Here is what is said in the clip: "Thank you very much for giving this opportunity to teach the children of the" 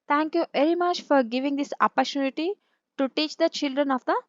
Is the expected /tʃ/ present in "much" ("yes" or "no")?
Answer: yes